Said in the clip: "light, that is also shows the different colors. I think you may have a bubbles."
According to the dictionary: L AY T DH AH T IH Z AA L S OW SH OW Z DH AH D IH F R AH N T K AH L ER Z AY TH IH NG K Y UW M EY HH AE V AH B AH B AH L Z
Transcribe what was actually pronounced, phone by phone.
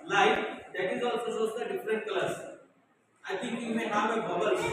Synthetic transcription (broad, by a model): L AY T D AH T IH Z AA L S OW S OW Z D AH D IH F R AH N T K L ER S AY T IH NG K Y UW M EY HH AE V AH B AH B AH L